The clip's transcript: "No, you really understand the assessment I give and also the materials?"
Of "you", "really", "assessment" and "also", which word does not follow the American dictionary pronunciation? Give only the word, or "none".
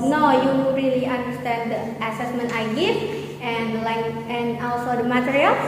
also